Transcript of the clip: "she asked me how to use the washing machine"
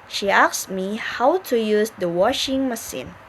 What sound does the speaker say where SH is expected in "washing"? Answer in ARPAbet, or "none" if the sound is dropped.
SH